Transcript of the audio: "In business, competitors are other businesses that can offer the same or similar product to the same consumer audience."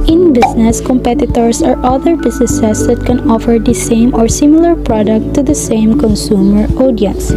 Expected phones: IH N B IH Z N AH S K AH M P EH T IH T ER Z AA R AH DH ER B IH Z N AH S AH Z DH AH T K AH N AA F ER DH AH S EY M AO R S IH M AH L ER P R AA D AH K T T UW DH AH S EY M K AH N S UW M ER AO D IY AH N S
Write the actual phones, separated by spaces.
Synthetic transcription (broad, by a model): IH N B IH S N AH S K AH M P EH T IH T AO S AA R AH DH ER B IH S N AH S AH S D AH T K AH N AA F ER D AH S EY M AO R S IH M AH L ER P R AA D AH K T T UW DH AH S EY M K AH N S UW M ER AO D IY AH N S